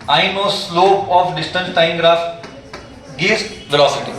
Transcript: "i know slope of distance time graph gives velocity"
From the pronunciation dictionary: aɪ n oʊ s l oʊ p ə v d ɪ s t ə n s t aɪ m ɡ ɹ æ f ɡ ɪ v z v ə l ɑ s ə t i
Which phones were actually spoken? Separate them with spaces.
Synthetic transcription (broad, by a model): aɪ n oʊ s l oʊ ə f d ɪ s t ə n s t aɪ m ɡ ɹ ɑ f ɡ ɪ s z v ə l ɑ s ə t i